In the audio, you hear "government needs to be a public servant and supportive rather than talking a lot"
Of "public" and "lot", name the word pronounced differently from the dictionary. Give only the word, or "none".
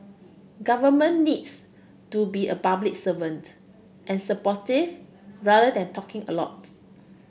public